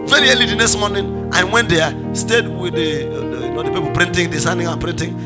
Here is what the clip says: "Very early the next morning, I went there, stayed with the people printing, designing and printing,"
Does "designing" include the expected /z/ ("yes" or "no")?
no